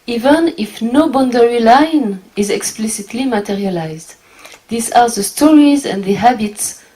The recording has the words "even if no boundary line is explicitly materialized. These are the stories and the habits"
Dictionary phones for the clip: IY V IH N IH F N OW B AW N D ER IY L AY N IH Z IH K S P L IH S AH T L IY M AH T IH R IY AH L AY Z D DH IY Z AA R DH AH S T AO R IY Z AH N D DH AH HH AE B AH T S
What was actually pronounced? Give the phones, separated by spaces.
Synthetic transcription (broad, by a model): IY V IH N IH F N OW B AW N D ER IY L AY N IH Z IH K S P L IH S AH T L IY M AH T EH R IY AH L AY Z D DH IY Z AA R DH AH S T AO R IY Z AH N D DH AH HH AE B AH T S